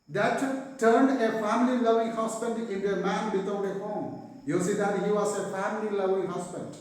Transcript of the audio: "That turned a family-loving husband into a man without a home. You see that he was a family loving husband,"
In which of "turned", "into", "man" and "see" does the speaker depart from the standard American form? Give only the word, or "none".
none